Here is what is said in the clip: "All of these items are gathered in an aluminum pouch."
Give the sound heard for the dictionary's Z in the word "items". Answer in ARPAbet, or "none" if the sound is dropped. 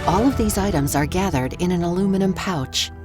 Z